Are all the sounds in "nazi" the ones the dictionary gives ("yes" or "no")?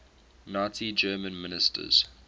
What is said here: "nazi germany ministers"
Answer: no